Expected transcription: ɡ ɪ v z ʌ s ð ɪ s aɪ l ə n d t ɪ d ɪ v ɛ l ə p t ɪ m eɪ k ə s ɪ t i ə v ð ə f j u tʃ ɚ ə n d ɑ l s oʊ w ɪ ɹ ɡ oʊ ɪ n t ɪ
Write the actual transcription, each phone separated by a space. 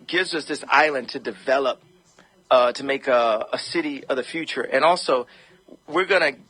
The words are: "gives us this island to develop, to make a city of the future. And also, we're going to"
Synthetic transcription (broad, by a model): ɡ ɪ v z ʌ s ð ɪ s aɪ l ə n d t ɪ d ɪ v ɛ l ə p t ɪ m eɪ k ə s ɪ t i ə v ð ə f j u tʃ ɚ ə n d ɑ l s oʊ w ɪ ɹ ɡ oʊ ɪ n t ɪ